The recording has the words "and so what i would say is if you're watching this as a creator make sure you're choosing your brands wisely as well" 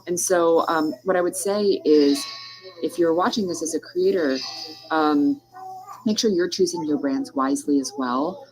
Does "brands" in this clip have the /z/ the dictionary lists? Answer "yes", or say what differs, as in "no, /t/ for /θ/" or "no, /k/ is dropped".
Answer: yes